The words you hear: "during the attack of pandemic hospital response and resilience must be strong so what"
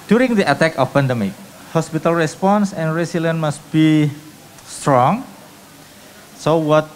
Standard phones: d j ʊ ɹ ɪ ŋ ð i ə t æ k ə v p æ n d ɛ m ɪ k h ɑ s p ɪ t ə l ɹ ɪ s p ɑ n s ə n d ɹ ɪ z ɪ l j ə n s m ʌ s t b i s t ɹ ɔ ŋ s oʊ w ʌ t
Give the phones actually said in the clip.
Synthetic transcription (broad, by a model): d j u ɹ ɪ ŋ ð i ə t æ k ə f p æ n d ɛ m ɪ k h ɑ s p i t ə l ɹ ɪ s p ɑ n s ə n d ɹ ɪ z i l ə n m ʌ s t b i s t ɹ ɔ ŋ s oʊ w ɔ t